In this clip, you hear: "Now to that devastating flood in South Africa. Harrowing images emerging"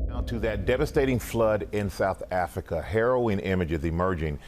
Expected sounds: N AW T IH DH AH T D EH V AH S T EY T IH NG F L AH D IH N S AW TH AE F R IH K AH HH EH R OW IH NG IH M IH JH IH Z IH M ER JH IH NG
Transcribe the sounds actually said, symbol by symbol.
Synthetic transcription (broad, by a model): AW T IH DH AH T D EH V AH S T EY T IH NG F L AH D IH N S AW TH AE F R IH K AH HH EH R OW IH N IH M IH JH IH Z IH M ER JH IH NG